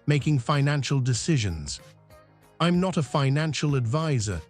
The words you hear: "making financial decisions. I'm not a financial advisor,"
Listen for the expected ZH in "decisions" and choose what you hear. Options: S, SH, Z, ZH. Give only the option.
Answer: ZH